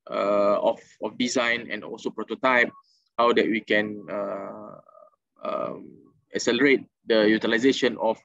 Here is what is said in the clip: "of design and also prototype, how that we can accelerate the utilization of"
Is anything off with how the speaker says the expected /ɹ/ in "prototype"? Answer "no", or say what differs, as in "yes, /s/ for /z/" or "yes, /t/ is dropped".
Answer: no